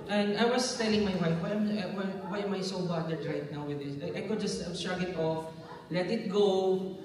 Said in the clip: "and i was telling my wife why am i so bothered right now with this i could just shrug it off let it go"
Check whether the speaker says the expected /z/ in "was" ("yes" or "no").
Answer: no